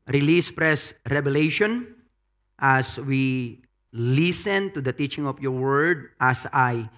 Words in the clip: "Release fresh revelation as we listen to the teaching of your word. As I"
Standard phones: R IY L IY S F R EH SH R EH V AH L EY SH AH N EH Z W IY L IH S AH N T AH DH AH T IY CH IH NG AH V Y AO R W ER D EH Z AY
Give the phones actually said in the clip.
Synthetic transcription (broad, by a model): R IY L IY S P R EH S R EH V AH L EY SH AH N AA S W IY L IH S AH N T AH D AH T IY CH IH NG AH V Y AO R W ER D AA S AY